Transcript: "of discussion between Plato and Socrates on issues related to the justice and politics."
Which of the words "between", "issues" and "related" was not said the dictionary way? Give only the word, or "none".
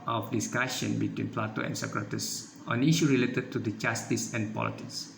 issues